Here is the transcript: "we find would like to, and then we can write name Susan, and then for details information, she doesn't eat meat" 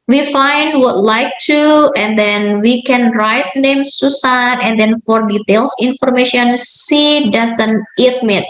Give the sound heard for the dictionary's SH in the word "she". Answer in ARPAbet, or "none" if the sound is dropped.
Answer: S